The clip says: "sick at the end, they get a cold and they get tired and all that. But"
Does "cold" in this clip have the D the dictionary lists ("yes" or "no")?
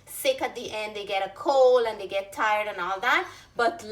no